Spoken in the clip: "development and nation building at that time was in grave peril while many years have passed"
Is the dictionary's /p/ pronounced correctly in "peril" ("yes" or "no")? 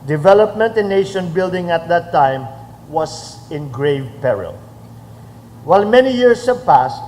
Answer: yes